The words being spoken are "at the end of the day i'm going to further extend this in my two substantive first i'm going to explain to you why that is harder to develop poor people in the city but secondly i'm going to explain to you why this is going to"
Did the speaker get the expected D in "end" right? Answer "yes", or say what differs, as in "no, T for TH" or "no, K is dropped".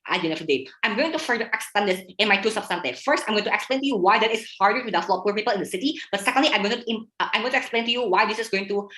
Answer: no, D is dropped